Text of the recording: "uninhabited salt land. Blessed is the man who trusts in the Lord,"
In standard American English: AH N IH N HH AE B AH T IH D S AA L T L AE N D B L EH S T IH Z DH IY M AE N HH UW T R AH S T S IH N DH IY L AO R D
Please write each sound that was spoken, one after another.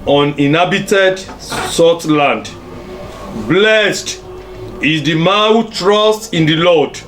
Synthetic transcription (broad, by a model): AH N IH N HH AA B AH T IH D S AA T L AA N D B L EH S T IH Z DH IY M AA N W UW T R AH S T IH N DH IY L AO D